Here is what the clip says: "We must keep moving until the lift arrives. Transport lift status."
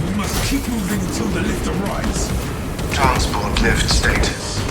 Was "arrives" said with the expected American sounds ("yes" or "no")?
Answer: no